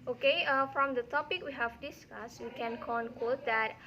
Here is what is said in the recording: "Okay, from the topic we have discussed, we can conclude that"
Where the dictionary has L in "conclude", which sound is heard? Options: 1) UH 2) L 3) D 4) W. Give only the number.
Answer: 4